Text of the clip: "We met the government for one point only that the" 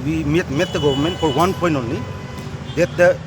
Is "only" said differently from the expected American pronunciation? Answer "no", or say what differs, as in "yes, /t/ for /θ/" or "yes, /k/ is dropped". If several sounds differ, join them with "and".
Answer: yes, /l/ is dropped